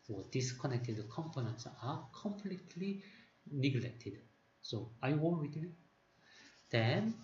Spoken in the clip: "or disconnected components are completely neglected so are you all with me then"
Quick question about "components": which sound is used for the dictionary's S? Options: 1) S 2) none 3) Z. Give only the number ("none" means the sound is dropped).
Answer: 1